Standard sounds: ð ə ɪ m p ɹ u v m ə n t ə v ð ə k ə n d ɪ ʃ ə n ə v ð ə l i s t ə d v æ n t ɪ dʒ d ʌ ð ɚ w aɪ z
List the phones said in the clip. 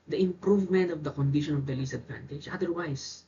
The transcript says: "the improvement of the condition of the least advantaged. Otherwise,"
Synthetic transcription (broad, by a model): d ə ɪ m p ɹ u v m ə n t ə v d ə k ə n d ɪ ʃ ə n ə v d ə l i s ə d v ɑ n t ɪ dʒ ʌ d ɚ w aɪ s